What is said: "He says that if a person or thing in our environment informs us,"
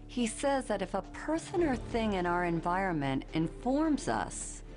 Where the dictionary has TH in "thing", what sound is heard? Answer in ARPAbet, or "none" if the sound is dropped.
TH